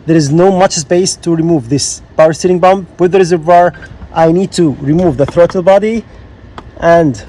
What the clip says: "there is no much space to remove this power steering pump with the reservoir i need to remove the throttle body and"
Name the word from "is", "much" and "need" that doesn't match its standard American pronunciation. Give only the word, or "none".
none